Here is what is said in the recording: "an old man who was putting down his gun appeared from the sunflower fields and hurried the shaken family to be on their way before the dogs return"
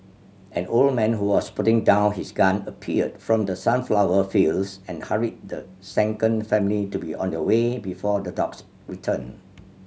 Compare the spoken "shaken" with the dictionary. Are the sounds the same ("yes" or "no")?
no